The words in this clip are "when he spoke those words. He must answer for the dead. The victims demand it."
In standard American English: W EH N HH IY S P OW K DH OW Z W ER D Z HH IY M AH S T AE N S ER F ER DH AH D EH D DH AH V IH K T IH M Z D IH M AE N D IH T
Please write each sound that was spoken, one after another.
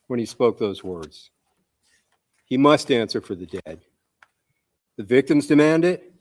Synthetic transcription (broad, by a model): W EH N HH IY S P OW K DH OW Z W ER D Z HH IY M AH S T AE N S ER F ER DH AH D EH D DH AH V IH K T IH M Z D IH M AE N D IH T